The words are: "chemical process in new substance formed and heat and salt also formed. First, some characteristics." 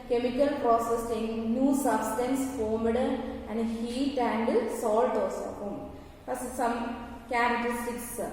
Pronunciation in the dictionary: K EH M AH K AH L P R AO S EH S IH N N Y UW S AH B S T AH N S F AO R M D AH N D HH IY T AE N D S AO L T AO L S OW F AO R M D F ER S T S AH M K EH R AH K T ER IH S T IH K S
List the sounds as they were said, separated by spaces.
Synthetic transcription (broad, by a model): K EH M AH K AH L P R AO S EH S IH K N Y UW S AH B S T AH N S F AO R M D AH N D HH IY T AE N D S AO L T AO S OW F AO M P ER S S AH M K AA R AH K T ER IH S T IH K S